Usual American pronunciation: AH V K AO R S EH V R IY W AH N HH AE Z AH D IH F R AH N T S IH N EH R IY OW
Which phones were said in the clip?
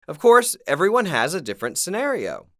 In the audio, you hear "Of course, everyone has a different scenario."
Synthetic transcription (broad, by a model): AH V K AO R S EH V R IY W AH N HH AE Z AH D IH F R AH N T S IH N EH R IY OW